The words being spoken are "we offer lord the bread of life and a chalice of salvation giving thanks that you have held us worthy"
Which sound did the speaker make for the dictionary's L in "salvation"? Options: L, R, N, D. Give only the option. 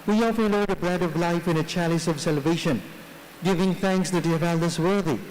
L